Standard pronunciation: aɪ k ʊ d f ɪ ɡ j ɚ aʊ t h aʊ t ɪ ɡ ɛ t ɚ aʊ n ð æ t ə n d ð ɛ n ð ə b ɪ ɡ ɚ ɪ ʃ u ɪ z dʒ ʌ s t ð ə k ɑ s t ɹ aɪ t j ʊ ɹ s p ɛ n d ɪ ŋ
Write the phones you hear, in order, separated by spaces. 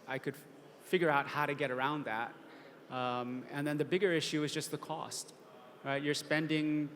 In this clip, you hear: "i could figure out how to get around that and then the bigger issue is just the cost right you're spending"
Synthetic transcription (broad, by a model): aɪ k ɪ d f ɪ ɡ j ɚ aʊ t h aʊ t ɪ ɡ ɛ t ɚ aʊ n ð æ t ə n ð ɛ n ð ə b ɪ ɡ ɚ ɪ ʃ u ɪ z dʒ ʌ s t ð ə k ɑ s t ɹ aɪ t j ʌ ɹ s p ɛ n d ɪ ŋ